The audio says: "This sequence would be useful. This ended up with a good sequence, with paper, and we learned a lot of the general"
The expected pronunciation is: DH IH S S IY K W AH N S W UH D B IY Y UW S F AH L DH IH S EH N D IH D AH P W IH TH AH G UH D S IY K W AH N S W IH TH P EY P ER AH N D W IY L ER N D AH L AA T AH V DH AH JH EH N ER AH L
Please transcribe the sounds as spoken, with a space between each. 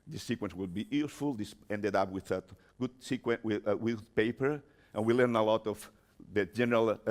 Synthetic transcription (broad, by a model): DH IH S S IY K W AH N S W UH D B IY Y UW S F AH L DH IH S EH N D IH D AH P W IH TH AH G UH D S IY K W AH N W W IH P EY P ER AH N W IY L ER N AH L AA T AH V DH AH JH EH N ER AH L